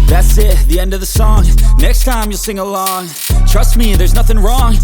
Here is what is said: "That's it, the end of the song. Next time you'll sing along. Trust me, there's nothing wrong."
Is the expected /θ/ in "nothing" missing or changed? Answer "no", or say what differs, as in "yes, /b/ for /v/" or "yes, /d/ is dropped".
no